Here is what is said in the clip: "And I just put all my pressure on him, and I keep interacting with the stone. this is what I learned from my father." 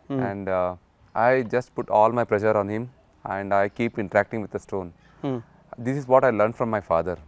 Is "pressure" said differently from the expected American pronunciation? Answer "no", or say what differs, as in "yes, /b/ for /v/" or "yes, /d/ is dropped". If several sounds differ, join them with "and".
yes, /l/ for /ɹ/